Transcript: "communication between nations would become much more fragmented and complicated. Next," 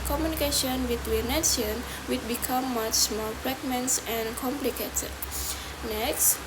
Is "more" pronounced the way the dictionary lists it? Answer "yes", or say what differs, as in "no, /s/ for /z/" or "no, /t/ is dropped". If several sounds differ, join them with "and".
no, /l/ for /ɹ/